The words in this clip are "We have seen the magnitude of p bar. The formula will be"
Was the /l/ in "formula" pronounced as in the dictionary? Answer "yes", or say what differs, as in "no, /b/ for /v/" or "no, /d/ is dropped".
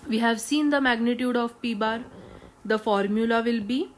yes